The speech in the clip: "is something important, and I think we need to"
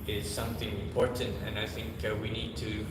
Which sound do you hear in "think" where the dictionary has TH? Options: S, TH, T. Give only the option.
TH